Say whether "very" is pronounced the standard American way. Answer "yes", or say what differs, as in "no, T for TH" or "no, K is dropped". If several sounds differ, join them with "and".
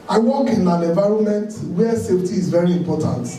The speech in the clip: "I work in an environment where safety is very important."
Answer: yes